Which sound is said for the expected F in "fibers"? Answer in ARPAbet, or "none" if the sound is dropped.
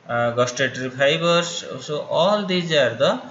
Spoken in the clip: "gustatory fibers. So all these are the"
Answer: P